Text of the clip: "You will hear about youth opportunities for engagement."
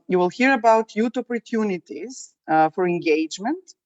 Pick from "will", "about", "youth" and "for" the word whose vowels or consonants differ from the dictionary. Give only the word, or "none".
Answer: youth